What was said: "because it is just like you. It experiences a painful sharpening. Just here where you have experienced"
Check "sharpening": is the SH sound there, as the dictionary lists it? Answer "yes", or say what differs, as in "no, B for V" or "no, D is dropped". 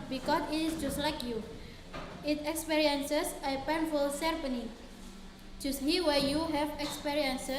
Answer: no, S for SH